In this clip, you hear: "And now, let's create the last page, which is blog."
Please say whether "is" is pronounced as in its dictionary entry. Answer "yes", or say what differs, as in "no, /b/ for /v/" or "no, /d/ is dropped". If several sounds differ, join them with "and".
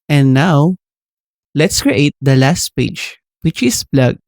no, /s/ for /z/